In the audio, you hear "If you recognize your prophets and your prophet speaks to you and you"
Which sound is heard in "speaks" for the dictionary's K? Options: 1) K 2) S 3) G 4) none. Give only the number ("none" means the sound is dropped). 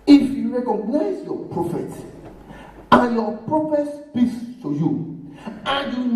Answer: 4